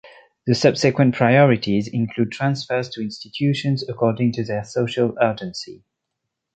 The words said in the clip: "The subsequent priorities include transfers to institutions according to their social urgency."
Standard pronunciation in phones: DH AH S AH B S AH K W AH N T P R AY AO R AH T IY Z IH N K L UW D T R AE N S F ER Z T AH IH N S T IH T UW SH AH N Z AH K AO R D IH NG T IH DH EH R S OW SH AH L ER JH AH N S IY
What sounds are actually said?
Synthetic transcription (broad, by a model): DH AH S AH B S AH K W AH N P R AY AO R AH T IY Z IH N K L UW D T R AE N S F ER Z T AH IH N S T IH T UW SH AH N Z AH K AO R D IH NG T IH DH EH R S OW SH AH L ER JH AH N S IY